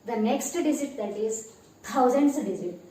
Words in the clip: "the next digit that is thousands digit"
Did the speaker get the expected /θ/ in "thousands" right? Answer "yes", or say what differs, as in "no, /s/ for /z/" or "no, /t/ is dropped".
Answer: no, /t/ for /θ/